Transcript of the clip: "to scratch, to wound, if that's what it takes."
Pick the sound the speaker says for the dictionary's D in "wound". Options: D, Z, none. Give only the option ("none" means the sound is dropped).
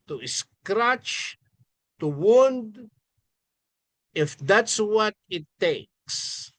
D